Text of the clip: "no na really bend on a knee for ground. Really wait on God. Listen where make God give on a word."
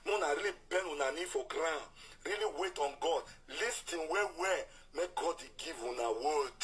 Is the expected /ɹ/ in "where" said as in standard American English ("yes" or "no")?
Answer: no